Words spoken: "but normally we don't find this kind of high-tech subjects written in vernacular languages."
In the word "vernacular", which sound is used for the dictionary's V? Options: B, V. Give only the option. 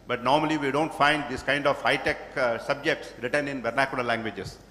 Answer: B